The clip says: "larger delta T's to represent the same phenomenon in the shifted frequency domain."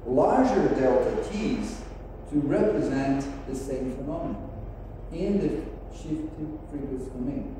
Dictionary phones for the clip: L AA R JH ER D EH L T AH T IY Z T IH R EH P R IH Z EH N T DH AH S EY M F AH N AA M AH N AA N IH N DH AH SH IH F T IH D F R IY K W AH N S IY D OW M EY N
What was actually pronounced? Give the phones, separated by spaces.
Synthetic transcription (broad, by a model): L AA R JH ER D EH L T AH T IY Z T IH R EH P R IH Z EH N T DH AH S EY M F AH N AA M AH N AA IH N DH AH SH IH F T IH D P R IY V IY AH S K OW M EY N